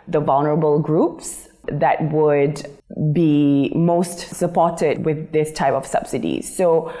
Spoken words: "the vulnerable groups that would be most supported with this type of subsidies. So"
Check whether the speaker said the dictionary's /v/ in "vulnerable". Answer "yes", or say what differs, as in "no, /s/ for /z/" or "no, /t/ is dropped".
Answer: yes